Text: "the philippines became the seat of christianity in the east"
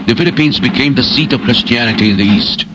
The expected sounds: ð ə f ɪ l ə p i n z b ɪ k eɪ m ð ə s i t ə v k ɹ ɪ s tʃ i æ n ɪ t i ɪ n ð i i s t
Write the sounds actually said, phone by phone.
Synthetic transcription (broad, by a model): ð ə f ɪ l ə p i n z b ɪ k eɪ m ð ə s i t ə v k ɹ ɪ s tʃ i æ n ɪ t i ɪ n ð i i s t